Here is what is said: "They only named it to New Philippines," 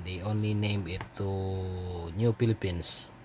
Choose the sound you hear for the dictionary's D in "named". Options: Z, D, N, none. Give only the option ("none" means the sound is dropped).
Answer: none